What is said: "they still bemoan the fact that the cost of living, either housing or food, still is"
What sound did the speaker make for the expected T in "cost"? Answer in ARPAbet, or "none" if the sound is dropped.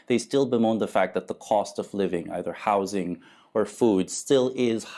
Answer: T